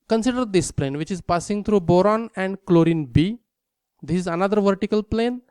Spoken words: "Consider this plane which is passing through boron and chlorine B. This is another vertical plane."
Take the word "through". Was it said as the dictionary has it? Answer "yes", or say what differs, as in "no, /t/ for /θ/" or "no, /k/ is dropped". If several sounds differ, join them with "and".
no, /t/ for /θ/